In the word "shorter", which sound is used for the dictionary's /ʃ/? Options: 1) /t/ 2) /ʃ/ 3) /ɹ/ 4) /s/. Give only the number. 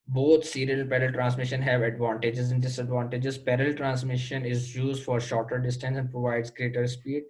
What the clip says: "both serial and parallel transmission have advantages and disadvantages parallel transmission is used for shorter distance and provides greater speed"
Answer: 2